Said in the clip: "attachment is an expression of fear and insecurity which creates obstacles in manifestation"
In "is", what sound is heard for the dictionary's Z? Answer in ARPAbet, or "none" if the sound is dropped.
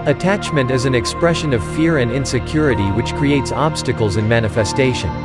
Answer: Z